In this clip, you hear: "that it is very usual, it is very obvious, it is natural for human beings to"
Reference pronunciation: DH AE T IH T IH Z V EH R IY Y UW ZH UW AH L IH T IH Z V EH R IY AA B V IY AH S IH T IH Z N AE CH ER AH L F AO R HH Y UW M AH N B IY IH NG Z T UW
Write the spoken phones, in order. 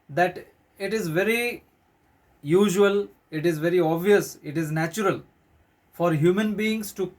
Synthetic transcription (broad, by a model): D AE T IH T IH Z V EH R IY Y UW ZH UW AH L IH T IH Z V EH R IY AA B V IY AH S IH T IH Z N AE CH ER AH L F AO R HH Y UW M AH N B IY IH NG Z T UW